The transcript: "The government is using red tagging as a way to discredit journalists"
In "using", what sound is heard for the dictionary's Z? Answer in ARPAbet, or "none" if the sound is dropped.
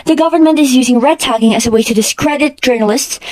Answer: Z